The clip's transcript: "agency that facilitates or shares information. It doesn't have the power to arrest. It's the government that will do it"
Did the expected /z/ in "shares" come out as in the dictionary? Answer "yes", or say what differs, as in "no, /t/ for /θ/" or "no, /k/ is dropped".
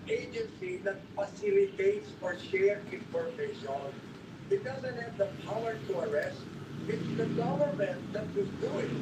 no, /z/ is dropped